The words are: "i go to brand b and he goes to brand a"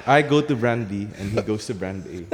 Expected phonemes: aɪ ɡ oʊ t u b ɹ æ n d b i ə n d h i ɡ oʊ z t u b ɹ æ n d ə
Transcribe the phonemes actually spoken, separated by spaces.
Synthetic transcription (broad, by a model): aɪ ɡ oʊ t u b ɹ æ n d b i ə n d h i ɡ oʊ s t u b ɹ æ n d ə